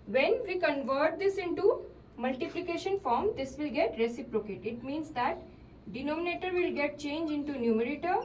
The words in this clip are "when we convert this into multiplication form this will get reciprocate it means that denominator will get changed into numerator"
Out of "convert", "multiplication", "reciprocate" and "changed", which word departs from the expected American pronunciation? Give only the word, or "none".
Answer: changed